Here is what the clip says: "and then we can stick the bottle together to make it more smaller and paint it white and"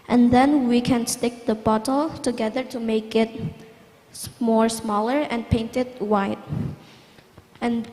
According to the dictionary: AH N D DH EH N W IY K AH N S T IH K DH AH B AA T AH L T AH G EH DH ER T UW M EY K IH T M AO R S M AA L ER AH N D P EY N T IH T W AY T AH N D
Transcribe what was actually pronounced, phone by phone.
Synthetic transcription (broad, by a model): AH N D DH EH N W IY K AH N S T IH K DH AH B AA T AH L T AH G EH DH ER T UW M EY K IH T M AO R S M AA L ER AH N P EY N T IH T W AY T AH N